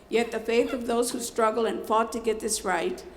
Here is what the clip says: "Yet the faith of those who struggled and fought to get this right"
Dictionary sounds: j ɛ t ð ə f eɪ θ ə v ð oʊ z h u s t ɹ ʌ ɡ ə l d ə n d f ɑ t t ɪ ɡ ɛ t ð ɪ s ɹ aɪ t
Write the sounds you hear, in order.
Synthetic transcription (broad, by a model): j ɛ t ð ə f eɪ θ ə v ð oʊ z h u s t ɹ ʌ ɡ l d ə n f ɑ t t ɪ ɡ ɛ t ð ɪ s ɹ aɪ t